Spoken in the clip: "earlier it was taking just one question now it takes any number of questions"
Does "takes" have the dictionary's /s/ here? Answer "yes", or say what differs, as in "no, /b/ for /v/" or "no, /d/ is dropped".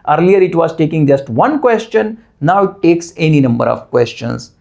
yes